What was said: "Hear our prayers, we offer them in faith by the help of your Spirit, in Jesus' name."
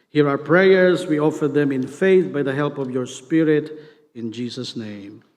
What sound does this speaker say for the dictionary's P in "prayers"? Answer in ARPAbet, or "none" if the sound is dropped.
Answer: P